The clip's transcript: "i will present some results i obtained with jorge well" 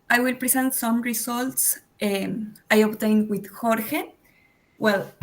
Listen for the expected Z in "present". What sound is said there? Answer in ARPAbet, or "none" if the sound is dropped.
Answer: S